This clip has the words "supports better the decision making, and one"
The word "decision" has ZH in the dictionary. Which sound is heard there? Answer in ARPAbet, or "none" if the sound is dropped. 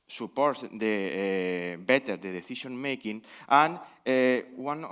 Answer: SH